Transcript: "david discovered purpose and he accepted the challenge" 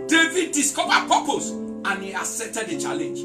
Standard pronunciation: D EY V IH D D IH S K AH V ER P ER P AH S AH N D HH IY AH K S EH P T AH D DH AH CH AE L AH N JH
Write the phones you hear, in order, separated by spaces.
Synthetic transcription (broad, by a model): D EY V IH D D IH S K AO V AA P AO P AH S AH N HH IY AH S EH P T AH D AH CH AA L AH N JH